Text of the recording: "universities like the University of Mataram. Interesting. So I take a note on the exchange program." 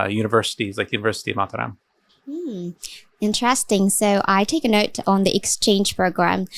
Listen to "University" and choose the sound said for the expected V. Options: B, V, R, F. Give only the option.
V